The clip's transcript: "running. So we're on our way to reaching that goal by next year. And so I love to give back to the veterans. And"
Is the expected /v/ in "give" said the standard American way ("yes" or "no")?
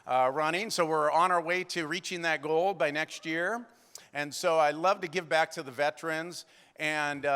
yes